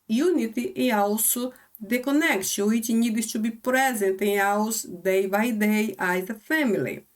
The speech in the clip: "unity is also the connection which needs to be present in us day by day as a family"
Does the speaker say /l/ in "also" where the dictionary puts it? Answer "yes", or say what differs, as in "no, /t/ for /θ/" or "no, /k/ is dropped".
no, /w/ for /l/